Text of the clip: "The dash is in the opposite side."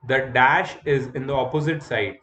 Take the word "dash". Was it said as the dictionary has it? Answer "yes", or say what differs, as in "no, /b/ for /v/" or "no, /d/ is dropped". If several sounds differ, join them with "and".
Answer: yes